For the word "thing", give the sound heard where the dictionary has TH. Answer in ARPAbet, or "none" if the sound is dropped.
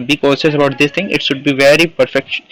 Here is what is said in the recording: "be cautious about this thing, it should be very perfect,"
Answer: T